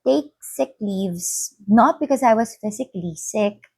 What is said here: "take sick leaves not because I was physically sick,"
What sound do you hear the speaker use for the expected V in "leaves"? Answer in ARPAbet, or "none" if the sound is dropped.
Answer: V